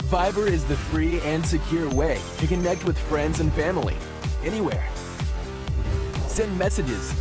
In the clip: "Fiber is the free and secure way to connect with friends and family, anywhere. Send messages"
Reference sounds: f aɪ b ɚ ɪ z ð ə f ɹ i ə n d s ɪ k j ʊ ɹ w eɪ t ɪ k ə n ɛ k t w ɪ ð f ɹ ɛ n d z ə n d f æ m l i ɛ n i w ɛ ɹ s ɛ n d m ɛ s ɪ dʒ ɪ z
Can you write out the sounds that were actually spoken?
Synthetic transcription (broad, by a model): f aɪ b ɚ ɪ z ð ə f ɹ i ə n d s ɪ k j ʊ ɹ w eɪ t ɪ k ə n ɛ k t w ɪ ð f ɹ ɛ n d z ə n f æ m l i ɛ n i w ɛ ɹ s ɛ n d m ɛ s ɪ dʒ ɪ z